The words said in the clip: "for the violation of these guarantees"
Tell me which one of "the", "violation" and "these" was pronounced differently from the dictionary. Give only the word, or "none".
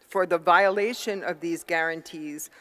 none